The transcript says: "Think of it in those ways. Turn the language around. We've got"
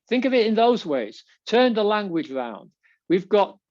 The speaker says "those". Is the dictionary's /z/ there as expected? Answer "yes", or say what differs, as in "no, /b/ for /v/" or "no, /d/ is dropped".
yes